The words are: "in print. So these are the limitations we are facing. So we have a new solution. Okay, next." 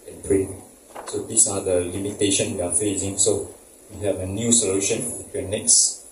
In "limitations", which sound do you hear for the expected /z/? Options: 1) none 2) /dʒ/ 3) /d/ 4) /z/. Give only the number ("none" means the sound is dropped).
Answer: 1